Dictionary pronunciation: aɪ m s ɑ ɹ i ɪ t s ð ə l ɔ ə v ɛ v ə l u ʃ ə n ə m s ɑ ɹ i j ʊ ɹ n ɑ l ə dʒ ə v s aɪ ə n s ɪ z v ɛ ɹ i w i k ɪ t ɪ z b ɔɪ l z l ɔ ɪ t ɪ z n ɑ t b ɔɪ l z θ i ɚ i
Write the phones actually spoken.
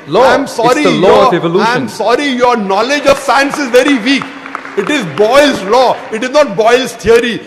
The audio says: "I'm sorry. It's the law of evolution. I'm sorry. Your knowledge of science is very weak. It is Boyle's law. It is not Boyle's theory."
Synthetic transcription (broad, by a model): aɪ m s ɑ ɹ i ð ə l ɔ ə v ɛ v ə l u ə ə m s ɑ ɹ i j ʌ ɹ n ɑ l ə dʒ ə v s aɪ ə n s ɪ z v ɛ ɹ i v i k ɪ t ɪ z b ɔɪ l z l ɔ ɪ t ɪ z n ɑ t b ɔɪ l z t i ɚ i